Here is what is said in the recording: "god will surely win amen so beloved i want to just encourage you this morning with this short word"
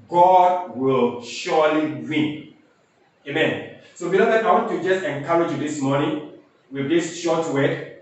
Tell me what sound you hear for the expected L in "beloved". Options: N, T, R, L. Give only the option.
N